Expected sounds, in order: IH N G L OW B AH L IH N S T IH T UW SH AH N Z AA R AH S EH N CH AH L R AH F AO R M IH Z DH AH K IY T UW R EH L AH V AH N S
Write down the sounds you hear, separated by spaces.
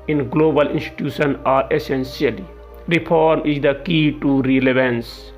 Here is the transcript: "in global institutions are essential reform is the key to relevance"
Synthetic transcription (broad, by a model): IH N G L OW B AH L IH N S T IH T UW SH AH N AA R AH S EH N S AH L R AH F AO R M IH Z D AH K IY T UW R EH L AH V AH N S